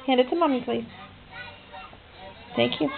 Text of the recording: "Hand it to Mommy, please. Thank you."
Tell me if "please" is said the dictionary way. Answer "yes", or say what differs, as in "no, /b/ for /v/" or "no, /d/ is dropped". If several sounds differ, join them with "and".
no, /s/ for /z/